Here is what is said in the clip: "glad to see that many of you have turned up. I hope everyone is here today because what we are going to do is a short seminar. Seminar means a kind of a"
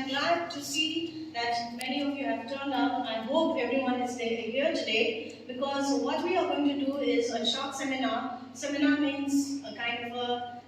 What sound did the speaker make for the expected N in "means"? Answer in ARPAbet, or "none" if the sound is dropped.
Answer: N